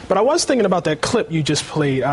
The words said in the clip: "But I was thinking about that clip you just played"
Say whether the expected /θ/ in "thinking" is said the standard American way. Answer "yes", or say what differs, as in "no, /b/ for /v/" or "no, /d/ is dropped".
yes